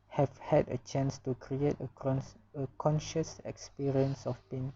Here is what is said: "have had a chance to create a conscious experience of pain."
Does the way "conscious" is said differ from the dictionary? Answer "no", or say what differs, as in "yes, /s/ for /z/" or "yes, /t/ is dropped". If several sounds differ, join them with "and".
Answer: no